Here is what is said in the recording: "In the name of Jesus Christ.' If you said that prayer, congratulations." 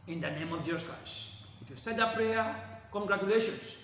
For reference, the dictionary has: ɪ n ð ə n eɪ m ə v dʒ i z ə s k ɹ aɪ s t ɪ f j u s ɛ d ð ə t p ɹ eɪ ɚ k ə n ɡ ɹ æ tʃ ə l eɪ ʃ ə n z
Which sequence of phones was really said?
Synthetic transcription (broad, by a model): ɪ n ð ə n eɪ m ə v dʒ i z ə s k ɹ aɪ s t ɪ f j u s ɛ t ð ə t p ɹ eɪ ɚ k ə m ɡ ɹ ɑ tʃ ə l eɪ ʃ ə n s